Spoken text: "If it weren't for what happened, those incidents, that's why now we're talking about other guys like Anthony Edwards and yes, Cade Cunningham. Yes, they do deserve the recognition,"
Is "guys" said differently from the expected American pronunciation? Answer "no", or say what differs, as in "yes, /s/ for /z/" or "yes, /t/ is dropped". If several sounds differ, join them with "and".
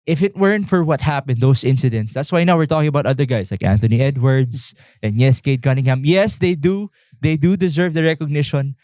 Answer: yes, /s/ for /z/